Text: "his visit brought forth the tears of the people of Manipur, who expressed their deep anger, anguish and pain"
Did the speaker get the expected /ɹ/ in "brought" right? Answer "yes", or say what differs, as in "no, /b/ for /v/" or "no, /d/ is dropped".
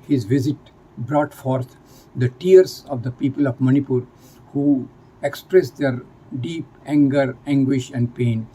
yes